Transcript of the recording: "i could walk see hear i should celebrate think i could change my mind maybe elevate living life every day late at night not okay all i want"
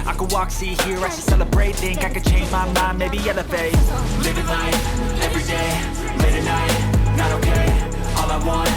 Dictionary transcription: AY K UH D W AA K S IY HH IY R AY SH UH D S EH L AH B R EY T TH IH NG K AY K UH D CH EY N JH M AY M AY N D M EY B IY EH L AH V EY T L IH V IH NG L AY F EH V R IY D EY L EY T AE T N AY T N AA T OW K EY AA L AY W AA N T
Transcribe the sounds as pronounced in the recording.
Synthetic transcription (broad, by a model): AY K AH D W AA K S IY HH IY R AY S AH S EH L AH B R EY T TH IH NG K AY K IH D CH EY N JH M AY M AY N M EY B IY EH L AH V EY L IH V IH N AY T EH V R IY D EY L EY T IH N AY T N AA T OW K EY AA L AY W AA N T